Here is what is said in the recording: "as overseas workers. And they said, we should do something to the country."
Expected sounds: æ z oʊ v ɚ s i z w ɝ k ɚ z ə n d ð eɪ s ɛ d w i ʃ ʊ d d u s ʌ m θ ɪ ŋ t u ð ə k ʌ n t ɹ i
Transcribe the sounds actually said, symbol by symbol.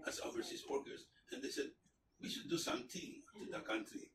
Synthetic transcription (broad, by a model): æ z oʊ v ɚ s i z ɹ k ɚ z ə n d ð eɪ s ɛ d w i ʃ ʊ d d u s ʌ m t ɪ t u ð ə k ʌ n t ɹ i